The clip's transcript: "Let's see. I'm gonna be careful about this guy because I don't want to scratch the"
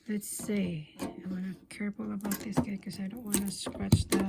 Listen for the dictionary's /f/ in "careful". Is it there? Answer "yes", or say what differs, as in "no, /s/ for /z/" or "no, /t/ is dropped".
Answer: no, /p/ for /f/